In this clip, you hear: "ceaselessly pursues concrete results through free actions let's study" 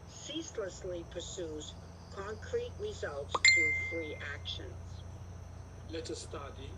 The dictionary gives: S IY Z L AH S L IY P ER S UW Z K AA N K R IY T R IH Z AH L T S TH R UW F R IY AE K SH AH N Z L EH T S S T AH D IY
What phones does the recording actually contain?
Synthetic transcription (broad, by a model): S IY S L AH S L IY P ER S UW Z K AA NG K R IY T R IH Z AH L T S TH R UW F R IY AE K SH AH N Z L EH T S S T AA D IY